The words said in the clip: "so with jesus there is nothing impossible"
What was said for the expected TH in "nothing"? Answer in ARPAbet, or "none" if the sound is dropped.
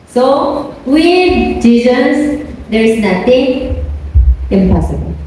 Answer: T